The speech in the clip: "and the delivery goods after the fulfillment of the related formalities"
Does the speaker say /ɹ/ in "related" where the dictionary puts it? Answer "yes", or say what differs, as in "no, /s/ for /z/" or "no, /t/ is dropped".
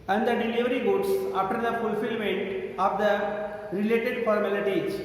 yes